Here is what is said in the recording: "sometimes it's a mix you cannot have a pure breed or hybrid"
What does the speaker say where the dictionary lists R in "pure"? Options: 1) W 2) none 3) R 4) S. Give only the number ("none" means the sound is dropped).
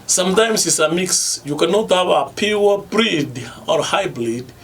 1